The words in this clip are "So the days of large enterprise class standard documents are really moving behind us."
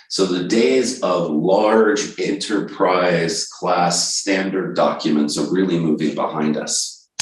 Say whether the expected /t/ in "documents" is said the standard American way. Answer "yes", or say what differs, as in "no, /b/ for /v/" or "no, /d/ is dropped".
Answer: yes